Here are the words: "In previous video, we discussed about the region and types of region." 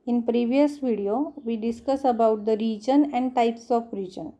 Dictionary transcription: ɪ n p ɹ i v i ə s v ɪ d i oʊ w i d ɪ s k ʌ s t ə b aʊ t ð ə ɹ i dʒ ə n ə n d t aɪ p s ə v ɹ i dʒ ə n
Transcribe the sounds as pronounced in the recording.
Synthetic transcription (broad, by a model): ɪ n p ɹ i v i ə s v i d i oʊ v i d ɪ s k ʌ s ə b aʊ t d ə ɹ i dʒ ə n ə n d t aɪ p s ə f ɹ i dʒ ə n